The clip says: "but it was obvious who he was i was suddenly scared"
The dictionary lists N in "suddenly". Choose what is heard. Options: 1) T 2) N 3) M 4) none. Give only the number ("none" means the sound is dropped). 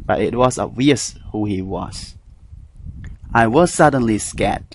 2